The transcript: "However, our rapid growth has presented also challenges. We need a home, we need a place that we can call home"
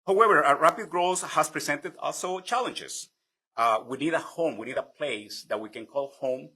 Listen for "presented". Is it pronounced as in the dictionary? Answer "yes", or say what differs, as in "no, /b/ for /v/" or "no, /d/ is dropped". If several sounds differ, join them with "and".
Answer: no, /s/ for /z/